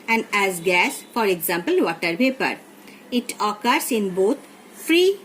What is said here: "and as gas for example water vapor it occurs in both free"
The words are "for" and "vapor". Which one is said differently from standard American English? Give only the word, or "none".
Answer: vapor